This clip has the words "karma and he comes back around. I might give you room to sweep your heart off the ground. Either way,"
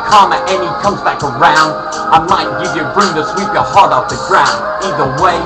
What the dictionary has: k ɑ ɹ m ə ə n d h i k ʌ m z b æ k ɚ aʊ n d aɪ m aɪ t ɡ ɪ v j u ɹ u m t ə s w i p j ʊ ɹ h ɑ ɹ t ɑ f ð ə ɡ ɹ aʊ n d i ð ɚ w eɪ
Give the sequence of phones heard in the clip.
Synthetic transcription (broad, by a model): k ɑ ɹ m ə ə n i k ʌ m z b æ k ɚ aʊ n d aɪ m aɪ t ɡ ɪ v j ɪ ɹ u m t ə s w i p j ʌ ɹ h ɑ ɹ t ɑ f ð ə ɡ ɹ aʊ n d i ð ɚ w eɪ